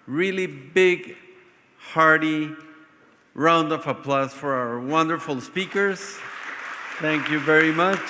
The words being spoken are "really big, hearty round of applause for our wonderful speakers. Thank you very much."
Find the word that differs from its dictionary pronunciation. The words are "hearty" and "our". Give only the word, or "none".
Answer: none